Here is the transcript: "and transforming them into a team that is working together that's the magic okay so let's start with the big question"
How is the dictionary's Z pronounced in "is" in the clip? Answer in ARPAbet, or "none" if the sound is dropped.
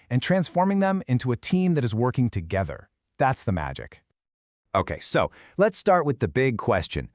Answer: Z